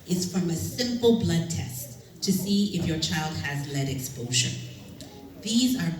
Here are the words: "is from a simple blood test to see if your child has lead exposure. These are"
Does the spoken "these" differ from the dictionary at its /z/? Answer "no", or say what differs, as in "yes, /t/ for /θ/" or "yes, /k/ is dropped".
no